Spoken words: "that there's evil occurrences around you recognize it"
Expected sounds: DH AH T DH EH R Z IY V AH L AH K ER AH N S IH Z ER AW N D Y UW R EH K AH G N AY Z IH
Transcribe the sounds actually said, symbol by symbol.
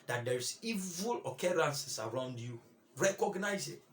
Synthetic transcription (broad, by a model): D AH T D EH R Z IY V AH L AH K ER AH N S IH S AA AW N D Y UW R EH K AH G N AY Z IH